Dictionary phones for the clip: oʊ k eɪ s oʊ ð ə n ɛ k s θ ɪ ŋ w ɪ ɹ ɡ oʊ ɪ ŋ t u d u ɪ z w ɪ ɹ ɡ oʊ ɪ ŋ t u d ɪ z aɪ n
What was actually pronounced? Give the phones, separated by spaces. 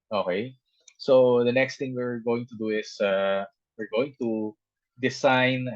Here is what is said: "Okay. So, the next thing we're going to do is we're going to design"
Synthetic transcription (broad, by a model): oʊ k eɪ s oʊ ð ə n ɛ k s t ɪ ŋ w ɪ ɹ ɡ oʊ ɪ ŋ t u d u ɪ s w ɪ ɹ ɡ oʊ ɪ ŋ t u d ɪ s aɪ n